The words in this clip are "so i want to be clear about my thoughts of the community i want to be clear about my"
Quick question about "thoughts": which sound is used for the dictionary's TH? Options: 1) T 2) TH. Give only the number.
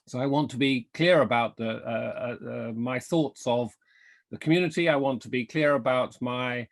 2